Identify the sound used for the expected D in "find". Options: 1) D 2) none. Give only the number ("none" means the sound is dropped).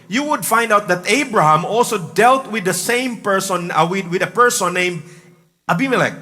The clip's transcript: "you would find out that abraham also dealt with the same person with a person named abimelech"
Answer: 1